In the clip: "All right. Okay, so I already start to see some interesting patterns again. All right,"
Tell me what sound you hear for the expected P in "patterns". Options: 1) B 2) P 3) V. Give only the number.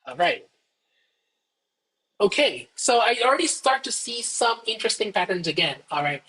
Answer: 2